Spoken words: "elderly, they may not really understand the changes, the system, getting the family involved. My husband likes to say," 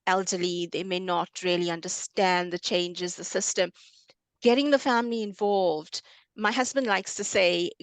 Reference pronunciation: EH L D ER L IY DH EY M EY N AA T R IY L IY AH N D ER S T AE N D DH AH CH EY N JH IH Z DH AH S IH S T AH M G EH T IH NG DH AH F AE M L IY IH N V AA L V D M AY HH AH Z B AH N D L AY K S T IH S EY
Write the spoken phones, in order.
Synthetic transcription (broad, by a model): EH L D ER L IY DH EY M EY N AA T R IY L IY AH N D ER S T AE N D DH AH CH EY N JH IH Z DH AH S IH S T AH M G EH T IH NG DH AH F AE M L IY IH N V AA L V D M AY HH AH Z B AH N D L AY K S T IH S EY